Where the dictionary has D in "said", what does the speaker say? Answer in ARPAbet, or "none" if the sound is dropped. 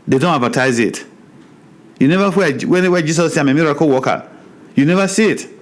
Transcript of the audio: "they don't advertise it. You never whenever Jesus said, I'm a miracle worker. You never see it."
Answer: none